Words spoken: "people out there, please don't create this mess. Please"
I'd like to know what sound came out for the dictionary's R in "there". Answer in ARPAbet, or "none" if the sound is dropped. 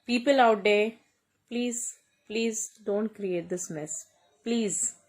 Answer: L